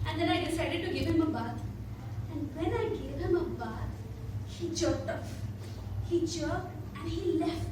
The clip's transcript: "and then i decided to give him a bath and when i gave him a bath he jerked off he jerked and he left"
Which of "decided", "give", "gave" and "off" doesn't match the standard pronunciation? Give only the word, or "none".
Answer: off